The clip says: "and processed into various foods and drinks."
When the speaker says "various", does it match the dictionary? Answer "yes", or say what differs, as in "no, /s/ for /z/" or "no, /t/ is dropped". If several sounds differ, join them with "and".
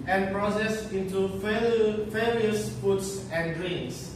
no, /f/ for /v/